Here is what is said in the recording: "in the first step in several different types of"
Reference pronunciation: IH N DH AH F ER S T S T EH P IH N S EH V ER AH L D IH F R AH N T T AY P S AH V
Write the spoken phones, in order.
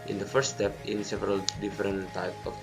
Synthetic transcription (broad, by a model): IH N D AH F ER T S T EH P IH N S EH V ER AH L D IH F R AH N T T AY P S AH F